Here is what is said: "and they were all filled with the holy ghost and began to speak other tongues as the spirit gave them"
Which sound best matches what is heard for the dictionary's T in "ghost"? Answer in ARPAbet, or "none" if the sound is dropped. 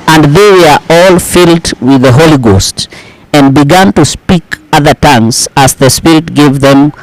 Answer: T